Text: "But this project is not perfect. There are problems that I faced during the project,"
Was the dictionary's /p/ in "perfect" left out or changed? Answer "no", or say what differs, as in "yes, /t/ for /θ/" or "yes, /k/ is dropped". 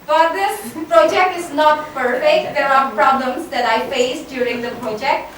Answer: yes, /f/ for /p/